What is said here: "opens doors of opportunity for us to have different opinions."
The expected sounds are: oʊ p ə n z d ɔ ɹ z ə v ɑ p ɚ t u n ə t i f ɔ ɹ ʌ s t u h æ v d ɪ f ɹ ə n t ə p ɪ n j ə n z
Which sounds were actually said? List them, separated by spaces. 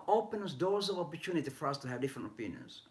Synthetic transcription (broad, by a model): oʊ p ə n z d ɔ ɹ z ə v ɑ p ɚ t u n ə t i f ɔ ɹ ʌ s t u h æ v d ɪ f ɹ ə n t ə p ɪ n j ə n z